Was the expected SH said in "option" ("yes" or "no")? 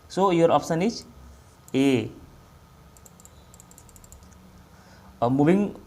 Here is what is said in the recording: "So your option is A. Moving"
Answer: no